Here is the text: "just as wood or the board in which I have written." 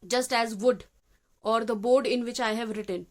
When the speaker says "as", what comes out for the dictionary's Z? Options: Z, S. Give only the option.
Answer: Z